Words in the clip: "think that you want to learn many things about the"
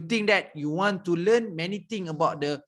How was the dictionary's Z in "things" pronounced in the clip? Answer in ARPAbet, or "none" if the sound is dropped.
none